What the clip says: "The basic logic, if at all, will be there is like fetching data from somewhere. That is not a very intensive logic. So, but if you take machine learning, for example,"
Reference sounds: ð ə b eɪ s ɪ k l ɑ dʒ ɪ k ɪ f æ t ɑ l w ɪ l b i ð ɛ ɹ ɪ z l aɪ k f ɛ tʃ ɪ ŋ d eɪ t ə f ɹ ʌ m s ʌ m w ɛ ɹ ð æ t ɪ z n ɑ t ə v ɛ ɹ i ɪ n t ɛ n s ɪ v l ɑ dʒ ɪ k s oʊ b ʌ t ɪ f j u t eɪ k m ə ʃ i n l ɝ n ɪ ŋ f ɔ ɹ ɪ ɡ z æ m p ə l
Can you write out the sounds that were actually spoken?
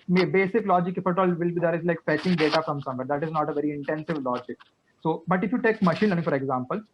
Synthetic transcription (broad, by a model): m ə b eɪ s ɪ k l ɑ dʒ ɪ k ɪ f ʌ t ɑ l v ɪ l b i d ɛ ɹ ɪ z l aɪ k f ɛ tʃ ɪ ŋ d eɪ t ə f ɹ ʌ m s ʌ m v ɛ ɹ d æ t ɪ z n ɑ t ə v ɛ ɹ i ɪ n t ɛ n s ɪ v l ɑ dʒ ɪ k s oʊ b ʌ t ɪ f j u t eɪ k m ə ʃ i n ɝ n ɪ f ɔ ɹ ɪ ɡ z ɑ m p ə l